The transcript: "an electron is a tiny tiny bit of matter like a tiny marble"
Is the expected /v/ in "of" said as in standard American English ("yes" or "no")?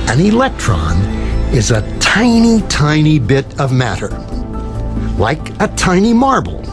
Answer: yes